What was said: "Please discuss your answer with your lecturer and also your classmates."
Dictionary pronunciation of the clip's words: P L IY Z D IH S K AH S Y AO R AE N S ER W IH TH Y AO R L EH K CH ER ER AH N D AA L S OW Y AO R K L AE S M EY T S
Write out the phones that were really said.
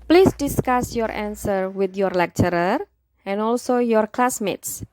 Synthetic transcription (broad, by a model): P L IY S D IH S K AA S Y AO R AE N S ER W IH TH Y AO R L EH K CH ER ER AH N AA L S OW Y AO R K L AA S M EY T S